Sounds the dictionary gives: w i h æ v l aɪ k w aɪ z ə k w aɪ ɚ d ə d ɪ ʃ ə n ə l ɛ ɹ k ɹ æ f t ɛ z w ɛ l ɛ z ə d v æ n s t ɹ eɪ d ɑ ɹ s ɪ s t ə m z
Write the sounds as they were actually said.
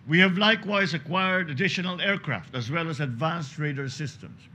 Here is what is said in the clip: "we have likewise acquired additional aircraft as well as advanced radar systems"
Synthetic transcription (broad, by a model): w i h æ v l aɪ k w aɪ z ə k w aɪ ɚ d ə d ɪ ʃ ə n ə l ɛ ɹ k ɹ æ f t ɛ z w ɛ l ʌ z ə d v æ n s t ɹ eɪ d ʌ ɹ s ɪ s t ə m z